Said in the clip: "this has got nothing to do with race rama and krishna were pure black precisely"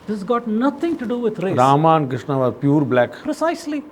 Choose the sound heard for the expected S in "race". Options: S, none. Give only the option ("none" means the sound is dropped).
none